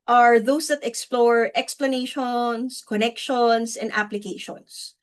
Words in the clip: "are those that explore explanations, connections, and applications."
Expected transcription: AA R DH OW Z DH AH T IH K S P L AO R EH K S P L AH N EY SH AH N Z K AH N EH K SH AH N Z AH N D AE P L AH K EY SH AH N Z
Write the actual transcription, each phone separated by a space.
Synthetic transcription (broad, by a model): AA R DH OW S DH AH T IH K S P L AO R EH K S P L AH N EY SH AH N S K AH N EH K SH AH N S AH N D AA P L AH K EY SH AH N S